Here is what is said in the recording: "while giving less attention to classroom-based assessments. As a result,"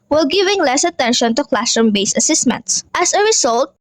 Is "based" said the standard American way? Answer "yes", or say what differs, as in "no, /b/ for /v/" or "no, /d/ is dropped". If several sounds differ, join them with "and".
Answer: no, /t/ is dropped